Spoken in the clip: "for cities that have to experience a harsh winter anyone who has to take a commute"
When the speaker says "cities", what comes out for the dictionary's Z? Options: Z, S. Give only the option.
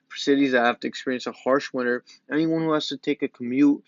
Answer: Z